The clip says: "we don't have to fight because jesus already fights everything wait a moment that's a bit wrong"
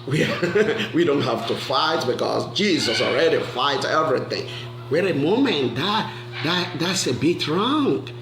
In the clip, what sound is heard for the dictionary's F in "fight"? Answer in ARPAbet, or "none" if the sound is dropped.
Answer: F